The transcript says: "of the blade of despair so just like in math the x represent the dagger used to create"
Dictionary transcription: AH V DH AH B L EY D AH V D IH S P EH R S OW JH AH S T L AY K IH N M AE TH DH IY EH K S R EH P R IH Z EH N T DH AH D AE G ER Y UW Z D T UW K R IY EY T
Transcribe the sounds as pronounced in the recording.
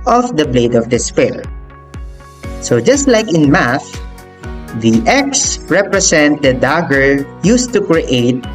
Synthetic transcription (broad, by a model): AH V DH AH B L EY D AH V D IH S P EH L S OW JH AH S T L AY K IH N M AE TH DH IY EH K S R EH P R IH S EH N T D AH D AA G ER Y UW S T UW K R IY EY T